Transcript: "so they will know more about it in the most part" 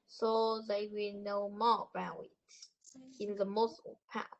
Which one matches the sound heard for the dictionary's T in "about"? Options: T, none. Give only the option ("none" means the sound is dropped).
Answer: none